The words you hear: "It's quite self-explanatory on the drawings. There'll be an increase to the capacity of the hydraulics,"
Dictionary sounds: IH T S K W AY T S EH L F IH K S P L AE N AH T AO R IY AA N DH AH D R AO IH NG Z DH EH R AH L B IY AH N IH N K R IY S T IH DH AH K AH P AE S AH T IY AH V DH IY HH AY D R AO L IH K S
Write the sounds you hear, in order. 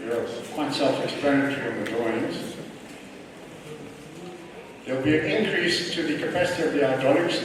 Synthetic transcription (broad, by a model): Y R K W AY T S EH L F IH K S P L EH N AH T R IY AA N DH AH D AO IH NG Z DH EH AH L B IY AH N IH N K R IY S T IH DH AH K AH P AE S AH T IY AH V DH IY AY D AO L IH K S